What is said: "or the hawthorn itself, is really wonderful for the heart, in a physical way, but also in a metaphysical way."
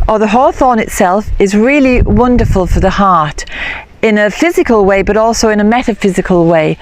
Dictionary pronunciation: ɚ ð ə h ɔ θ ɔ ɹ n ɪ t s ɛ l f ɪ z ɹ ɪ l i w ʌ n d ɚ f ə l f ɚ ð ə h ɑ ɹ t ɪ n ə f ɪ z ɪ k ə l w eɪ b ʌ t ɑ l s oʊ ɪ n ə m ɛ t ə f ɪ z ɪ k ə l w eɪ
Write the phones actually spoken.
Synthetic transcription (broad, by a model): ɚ ð ə h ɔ θ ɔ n ɪ t s ɛ l f ɪ z ɹ ɪ l i w ʌ n d ɚ f ə l f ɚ ð ə h ɑ ɹ t ɪ n ə f ɪ z ɪ k ə l w eɪ b ʌ t ɑ l s oʊ ɪ n ə m ɛ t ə f ɪ z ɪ k ə l w eɪ